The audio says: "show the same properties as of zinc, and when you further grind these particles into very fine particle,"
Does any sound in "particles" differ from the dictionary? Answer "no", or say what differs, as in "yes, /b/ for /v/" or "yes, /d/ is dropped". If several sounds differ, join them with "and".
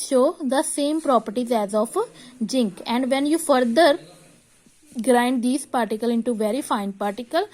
yes, /z/ is dropped